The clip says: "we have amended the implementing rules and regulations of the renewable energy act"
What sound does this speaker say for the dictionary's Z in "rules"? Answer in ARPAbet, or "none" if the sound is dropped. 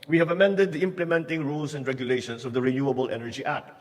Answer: S